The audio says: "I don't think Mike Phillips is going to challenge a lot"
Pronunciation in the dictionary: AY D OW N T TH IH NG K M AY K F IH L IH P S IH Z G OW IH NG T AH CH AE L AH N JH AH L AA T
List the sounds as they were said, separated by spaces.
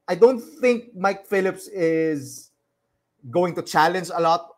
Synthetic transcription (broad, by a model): AY D OW N T TH IH NG K M AY K F IH L IH P S IH Z G OW IH NG T AH CH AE L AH N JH AH L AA T